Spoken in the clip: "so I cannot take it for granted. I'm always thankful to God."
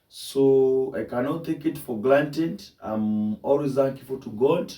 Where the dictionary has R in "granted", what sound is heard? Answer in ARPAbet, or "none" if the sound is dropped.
L